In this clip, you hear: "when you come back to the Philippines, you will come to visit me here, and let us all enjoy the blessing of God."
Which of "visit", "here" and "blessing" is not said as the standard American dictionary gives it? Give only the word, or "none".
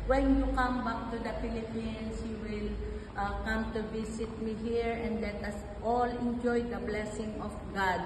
visit